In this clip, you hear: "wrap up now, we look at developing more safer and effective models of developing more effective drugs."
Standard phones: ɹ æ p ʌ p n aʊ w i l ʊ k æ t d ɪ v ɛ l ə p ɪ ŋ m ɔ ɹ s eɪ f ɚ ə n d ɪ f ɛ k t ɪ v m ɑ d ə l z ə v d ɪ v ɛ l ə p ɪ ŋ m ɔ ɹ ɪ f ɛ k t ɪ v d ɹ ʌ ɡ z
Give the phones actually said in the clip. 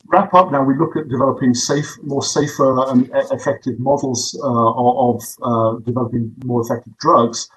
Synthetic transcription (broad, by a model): ɹ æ p ʌ p n aʊ w i l ʊ k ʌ t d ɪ v ɛ l ə p ɪ ŋ m ɔ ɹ s eɪ f ɚ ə n ɪ f ɛ k t ɪ v m ɑ d l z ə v d ɪ v ɛ l ə p ɪ ŋ m ɔ ɹ ɪ f ɛ k t ɪ v d ɹ ʌ ɡ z